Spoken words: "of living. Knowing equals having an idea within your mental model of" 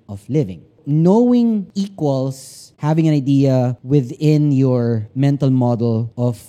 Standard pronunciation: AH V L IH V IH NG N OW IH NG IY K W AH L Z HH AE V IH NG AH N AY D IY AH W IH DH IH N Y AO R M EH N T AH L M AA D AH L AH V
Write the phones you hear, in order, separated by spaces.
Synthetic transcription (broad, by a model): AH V L IH V IH NG N OW IH NG IY K W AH L S HH AE V IH NG AH N AY D IY AH W IH DH IH N Y AO R M EH N T AH L M AA D AH L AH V